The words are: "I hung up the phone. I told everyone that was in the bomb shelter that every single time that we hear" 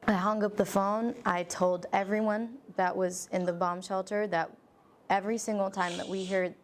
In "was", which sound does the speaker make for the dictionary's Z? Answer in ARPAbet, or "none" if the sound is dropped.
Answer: Z